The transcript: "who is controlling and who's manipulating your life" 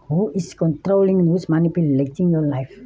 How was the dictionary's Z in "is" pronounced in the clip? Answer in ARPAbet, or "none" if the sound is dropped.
S